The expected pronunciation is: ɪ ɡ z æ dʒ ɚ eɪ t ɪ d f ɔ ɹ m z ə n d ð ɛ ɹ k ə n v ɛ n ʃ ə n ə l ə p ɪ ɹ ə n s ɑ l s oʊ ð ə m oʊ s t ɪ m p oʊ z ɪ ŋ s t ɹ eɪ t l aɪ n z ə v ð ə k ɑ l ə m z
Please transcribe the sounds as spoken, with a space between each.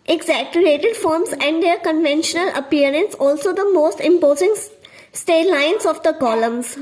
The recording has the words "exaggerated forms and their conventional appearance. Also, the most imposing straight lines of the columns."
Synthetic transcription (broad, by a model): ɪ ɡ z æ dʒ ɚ eɪ t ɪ d f ɔ ɹ m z ə n d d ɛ ɹ k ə n v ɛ n ʃ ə n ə l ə p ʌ ɹ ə n s ɑ l s oʊ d ə m oʊ s t ɪ m p oʊ z ɪ ŋ s t eɪ l aɪ n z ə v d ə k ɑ l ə m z